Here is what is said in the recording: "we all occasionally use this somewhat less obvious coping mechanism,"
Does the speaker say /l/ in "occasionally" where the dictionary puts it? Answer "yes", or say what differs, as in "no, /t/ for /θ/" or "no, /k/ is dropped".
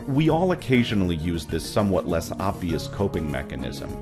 yes